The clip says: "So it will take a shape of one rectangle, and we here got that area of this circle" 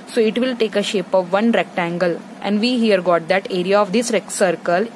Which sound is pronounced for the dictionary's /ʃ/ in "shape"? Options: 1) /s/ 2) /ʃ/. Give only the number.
2